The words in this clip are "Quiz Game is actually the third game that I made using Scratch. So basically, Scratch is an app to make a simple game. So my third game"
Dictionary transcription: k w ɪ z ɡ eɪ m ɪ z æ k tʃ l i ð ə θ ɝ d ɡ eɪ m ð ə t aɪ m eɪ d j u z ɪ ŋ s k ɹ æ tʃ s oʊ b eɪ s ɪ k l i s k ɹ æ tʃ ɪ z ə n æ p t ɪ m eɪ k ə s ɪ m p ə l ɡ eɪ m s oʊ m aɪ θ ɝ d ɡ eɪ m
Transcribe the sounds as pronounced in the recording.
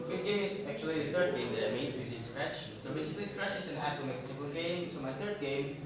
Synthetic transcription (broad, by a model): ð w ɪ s ɡ eɪ m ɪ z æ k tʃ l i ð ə θ ɝ d ɡ eɪ m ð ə t aɪ m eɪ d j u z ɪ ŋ s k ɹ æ tʃ s oʊ b eɪ s ɪ k l i s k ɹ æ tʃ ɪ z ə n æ f t ɪ m eɪ k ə s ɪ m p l ɡ eɪ m s oʊ m aɪ θ ɝ d ɡ eɪ m